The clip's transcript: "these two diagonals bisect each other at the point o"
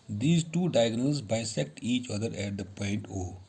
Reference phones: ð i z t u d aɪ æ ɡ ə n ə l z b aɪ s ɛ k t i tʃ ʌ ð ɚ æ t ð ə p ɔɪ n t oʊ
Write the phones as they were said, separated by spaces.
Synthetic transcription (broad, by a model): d i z t u d aɪ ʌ ɡ n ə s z b aɪ s ɛ k t i tʃ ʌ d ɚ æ t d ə p ɔɪ n t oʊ